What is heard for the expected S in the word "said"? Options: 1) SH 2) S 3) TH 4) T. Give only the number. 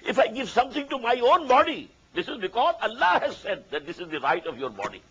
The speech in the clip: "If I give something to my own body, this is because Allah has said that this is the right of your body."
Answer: 2